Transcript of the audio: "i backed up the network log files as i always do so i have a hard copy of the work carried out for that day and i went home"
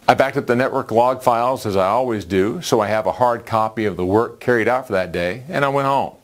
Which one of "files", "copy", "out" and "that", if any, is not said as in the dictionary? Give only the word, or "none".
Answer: none